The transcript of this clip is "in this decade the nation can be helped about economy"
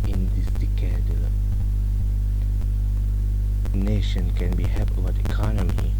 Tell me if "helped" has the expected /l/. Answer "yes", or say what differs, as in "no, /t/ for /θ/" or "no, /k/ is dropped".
no, /l/ is dropped